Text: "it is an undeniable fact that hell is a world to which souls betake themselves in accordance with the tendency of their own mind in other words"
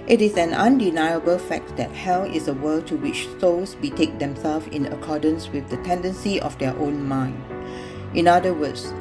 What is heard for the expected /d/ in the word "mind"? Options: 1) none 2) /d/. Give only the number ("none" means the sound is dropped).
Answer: 2